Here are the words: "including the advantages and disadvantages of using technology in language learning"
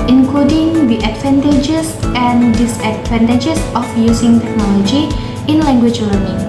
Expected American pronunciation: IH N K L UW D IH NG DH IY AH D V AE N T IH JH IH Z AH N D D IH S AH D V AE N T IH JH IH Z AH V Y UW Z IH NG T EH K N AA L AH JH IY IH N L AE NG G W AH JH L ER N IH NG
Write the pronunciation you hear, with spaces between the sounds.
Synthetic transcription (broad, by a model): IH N K L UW D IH NG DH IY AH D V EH N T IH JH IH S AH N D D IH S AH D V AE N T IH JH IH S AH F Y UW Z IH NG T EH K N AA L AH JH IY IH N L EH NG G W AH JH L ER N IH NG